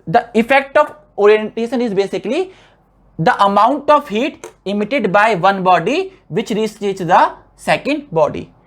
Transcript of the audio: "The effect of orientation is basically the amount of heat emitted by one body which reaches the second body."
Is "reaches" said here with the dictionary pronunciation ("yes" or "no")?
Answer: no